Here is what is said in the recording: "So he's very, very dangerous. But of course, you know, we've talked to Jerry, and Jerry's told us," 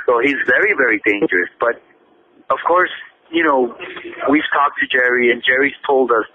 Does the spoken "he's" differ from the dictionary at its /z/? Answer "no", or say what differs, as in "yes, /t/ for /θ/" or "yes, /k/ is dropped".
no